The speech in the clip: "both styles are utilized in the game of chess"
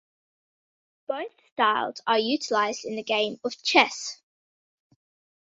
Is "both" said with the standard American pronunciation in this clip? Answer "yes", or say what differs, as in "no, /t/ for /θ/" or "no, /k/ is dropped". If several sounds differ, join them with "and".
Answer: yes